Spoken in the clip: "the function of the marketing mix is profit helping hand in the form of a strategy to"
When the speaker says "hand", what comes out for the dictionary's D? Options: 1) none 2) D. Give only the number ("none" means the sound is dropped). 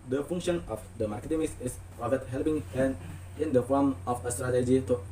1